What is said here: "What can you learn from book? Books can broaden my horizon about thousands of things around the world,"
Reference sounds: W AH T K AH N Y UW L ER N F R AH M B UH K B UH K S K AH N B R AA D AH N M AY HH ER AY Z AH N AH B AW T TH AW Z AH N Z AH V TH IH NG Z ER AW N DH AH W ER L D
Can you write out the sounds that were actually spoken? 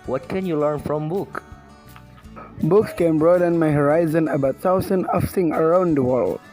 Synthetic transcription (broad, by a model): W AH T K AH N Y UW L ER N F R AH M B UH K B UH K S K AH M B R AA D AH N M AY HH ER AY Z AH N AH B AW T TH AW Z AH N AH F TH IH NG ER AW N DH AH W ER L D